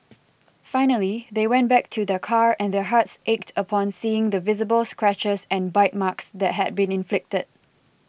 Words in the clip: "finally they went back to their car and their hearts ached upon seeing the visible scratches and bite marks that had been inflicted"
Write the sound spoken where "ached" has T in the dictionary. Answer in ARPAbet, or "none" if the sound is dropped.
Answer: T